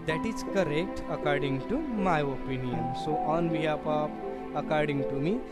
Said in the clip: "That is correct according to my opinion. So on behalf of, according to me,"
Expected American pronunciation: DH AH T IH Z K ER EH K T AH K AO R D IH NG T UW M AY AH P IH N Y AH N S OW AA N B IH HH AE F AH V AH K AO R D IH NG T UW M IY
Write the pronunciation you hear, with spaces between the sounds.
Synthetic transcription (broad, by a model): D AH T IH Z K ER EH K T AH K AO R D IH NG T UW M AY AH P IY N Y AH N S OW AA N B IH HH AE P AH P AH K AO R D IH NG T UW M IY